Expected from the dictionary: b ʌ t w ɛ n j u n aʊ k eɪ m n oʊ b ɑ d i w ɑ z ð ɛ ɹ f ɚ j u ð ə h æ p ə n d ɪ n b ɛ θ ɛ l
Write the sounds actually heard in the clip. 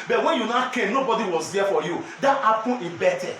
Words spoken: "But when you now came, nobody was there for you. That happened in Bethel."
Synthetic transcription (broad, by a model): b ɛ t w ɛ n j u n aʊ k eɪ m n oʊ b ɑ d i w ɑ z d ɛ f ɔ j u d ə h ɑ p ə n ɪ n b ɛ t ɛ